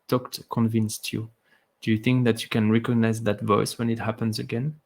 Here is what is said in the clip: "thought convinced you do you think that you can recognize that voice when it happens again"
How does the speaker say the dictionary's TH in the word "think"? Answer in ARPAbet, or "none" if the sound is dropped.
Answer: TH